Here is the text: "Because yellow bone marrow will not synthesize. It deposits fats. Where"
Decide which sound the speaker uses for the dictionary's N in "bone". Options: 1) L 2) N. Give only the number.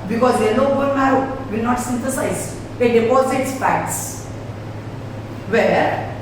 1